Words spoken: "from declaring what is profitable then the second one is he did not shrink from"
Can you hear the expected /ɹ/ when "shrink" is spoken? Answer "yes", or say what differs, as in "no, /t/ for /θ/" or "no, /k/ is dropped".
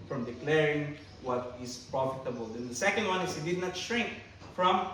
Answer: yes